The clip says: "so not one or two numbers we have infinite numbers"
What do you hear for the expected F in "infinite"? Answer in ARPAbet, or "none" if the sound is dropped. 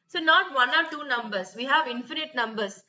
F